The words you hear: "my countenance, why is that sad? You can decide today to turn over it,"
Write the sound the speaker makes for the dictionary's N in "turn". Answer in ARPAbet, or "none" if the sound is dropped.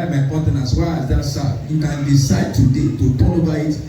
L